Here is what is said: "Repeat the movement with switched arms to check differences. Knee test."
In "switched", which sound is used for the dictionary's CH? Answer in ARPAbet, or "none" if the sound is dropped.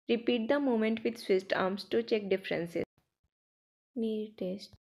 S